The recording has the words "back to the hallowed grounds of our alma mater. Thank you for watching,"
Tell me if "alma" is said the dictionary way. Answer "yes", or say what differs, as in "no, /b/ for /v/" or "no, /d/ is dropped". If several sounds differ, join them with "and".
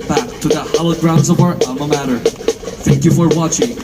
no, /l/ is dropped